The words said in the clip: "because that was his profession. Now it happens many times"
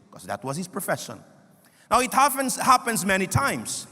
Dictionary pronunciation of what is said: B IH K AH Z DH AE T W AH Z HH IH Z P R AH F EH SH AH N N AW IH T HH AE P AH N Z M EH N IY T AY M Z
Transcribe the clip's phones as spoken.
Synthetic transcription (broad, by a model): K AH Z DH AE T W AH Z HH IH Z P R AH F EH SH AH N N AW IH T HH AE P AH N Z M EH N IY T AY M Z